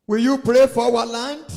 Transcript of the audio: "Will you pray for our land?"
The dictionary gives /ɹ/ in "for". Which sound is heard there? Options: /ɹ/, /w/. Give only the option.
/w/